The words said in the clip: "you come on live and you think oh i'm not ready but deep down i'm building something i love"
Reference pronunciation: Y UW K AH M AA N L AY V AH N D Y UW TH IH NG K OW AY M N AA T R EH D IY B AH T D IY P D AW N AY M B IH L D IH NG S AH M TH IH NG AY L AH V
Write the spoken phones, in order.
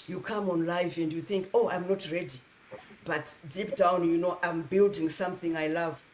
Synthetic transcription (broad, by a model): Y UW K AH M AA N L AY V AH N D Y UW TH IH NG K OW AY M N AA T R EH D IY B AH T D IY P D AW N AY M B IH L D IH NG S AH M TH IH NG AY L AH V